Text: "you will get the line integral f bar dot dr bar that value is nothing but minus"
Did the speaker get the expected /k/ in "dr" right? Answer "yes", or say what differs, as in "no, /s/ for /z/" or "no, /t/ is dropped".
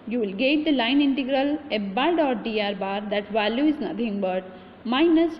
no, /k/ is dropped